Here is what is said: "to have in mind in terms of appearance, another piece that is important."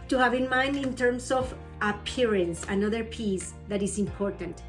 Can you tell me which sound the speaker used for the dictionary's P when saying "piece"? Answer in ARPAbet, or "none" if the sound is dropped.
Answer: P